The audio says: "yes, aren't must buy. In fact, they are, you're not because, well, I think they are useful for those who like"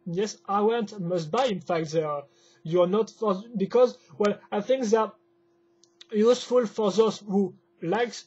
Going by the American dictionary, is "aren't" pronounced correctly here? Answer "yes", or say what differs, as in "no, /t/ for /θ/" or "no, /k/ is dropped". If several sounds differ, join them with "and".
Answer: no, /w/ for /ɹ/